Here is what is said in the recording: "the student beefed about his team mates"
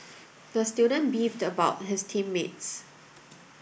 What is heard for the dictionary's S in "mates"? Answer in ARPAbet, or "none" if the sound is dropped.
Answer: S